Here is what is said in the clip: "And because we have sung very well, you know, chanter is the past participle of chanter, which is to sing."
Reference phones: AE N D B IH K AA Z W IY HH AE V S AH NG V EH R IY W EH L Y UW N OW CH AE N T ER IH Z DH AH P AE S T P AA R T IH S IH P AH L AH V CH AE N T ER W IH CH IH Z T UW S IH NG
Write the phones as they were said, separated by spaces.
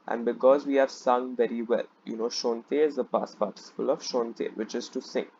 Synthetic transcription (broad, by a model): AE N D B IH K AA Z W IY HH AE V S AH NG V EH R IY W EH L Y UW N OW SH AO N T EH IH Z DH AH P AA S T P AA R T IH S IH P AH L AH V SH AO N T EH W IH CH IH Z T UW S IH NG